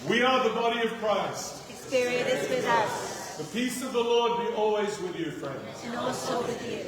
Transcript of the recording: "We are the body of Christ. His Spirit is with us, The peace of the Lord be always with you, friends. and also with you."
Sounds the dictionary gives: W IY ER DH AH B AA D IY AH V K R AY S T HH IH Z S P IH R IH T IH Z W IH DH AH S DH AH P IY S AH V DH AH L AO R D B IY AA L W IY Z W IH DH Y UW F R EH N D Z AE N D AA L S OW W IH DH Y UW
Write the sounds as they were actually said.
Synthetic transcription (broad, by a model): W IY ER DH AH B AA D IY AH V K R AY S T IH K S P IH R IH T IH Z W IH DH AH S DH AH P IY S AH V DH AH L AO R D B IY AA L W IY Z W IH DH Y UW F R EH N D Z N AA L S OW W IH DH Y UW